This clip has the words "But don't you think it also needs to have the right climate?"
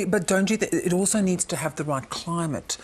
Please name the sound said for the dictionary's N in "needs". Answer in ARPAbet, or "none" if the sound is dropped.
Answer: N